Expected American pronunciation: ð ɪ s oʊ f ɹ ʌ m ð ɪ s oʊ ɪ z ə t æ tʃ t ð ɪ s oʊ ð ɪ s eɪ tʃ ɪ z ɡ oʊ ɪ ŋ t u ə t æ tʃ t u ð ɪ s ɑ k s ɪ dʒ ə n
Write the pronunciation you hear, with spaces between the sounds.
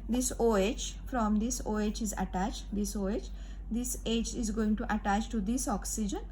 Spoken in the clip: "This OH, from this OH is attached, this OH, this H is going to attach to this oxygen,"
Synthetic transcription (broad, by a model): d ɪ s oʊ f ɹ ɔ m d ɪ s oʊ ɪ z ə t æ tʃ t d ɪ s oʊ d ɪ s eɪ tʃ ɪ z ɡ oʊ ɪ ŋ t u ə t æ tʃ t u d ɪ s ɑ k s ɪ dʒ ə n